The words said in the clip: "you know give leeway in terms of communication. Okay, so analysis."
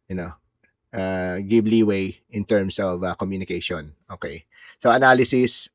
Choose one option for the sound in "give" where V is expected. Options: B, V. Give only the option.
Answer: B